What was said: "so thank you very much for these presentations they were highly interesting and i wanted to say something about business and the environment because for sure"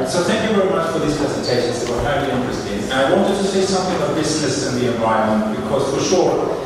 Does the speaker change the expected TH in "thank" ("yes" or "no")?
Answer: no